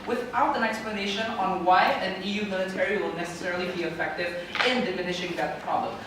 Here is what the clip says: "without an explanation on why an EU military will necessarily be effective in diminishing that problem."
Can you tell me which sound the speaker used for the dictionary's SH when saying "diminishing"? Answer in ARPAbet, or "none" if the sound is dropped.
SH